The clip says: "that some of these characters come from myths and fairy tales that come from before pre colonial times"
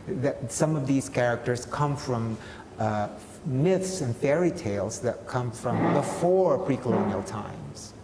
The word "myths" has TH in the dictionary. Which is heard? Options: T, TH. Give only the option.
TH